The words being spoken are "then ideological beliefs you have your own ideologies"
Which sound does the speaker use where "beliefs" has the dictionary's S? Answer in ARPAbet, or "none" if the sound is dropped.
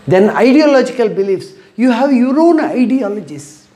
S